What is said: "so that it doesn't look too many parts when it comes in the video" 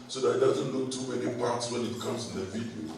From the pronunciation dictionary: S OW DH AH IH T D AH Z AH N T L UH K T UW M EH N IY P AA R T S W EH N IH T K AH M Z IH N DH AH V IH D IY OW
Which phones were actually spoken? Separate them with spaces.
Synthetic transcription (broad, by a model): S OW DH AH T D AH Z AH N T L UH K T UW M EH N IY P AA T S W EH N IH T K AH M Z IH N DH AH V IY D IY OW